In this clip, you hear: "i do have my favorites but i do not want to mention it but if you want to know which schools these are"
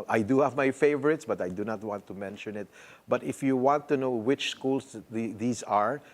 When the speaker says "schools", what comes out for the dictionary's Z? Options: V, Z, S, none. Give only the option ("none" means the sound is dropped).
S